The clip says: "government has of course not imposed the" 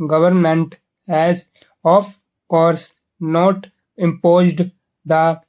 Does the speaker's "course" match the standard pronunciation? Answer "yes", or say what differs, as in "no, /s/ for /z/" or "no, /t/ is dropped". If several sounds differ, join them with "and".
yes